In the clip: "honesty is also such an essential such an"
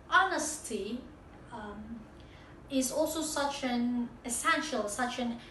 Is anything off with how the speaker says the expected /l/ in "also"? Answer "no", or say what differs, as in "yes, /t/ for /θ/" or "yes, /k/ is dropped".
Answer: no